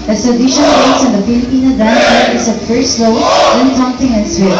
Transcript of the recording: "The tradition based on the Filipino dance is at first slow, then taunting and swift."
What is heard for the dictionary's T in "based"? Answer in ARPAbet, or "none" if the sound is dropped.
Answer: none